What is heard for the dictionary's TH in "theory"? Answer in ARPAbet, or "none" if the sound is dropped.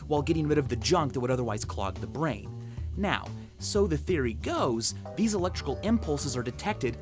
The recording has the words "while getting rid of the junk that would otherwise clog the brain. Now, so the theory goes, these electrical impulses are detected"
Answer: TH